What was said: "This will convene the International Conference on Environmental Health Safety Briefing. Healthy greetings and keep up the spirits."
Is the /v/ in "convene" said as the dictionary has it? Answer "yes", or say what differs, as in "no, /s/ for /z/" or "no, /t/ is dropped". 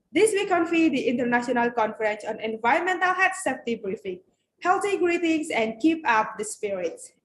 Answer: no, /f/ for /v/